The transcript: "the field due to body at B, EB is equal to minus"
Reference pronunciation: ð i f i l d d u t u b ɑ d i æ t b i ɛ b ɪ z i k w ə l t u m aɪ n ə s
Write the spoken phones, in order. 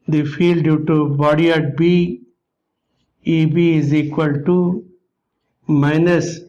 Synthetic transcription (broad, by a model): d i f i l d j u t u b ɑ d i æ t b i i b ɪ z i k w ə l t u m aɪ n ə s